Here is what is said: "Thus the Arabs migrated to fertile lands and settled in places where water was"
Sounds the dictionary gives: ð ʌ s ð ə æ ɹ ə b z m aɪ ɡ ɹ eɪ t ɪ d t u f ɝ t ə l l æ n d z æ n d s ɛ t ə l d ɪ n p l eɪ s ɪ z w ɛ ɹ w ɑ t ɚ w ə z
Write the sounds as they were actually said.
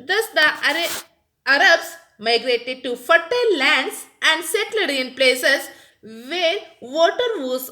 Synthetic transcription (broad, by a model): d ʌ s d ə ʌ ɹ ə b s m aɪ ɡ ɹ eɪ t ɪ d t u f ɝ t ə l l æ n d s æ n d s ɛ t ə d ɪ n p l eɪ s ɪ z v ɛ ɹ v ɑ t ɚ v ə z